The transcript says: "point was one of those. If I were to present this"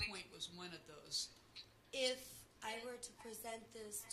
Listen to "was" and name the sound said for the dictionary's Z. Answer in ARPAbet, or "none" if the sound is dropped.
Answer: Z